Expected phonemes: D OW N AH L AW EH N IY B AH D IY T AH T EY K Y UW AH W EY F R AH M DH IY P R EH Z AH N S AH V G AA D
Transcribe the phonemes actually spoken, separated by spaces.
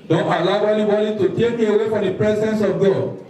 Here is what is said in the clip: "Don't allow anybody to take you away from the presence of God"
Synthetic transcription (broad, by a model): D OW AH L AW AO L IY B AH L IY T AH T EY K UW AH W EY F R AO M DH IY P R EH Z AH N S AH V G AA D